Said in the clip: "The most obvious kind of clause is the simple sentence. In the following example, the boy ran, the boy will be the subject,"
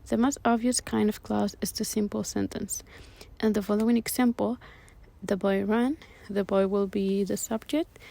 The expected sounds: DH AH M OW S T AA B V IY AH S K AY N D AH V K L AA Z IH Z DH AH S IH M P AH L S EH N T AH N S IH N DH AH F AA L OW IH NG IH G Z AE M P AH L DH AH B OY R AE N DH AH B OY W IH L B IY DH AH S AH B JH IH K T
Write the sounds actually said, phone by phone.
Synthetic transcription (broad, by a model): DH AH M OW S T AA B V IY AH S K AY N D AH V K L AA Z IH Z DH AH S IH M P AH L S EH N T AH N S IH N DH AH F AA L OW IH NG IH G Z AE M P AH L DH AH B OY R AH N DH AH B OY W IH L B IY DH AH S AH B JH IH K T